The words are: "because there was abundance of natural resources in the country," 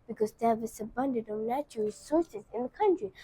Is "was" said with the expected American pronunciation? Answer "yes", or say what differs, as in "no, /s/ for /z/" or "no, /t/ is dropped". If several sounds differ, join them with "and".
no, /s/ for /z/